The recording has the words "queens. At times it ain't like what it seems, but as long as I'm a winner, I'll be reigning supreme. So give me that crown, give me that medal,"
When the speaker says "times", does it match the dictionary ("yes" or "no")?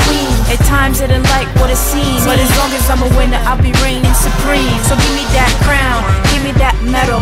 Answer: yes